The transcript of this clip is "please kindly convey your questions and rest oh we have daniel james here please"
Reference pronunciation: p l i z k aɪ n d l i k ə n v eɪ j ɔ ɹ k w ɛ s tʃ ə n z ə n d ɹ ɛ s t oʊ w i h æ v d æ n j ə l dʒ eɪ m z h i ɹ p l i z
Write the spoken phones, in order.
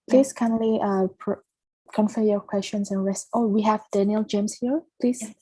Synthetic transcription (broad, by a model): p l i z k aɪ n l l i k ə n f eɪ j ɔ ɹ k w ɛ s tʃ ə n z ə n ɹ ɛ s t oʊ w i h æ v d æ n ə l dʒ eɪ m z h i ɹ p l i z